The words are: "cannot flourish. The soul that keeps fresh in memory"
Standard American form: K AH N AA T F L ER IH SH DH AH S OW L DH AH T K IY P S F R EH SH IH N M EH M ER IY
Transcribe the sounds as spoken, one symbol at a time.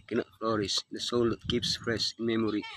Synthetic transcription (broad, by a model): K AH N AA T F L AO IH S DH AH S OW L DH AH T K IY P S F R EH S IH N M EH M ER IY